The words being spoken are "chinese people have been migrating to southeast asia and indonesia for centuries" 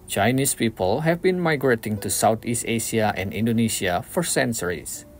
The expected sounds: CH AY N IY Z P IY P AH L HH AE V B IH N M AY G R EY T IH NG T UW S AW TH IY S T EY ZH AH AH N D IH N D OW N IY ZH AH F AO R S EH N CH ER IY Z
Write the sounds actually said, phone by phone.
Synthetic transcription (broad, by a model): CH AY N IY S P IY P AH L HH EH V B IH N M AY G R EY T IH NG T UW S AW T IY S T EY S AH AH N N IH N D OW N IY S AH F AO R S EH N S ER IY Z